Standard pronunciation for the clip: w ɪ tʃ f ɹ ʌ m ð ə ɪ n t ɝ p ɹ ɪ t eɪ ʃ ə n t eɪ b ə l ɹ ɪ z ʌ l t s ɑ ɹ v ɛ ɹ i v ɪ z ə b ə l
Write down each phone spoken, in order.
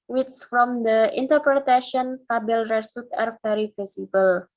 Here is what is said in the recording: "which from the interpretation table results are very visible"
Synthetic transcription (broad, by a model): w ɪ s f ɹ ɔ m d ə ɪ n t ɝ p ɹ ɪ t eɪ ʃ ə n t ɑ b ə l ɹ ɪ s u t ɑ ɹ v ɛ ɹ i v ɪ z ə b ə l